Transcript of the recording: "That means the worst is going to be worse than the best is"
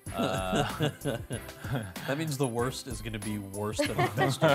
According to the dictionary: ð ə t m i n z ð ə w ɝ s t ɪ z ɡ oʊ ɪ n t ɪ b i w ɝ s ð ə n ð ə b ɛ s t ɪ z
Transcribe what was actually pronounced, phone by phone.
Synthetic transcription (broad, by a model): ð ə t m i n z ð ə w ɝ s t ɪ z ɡ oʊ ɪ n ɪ b i w ɝ s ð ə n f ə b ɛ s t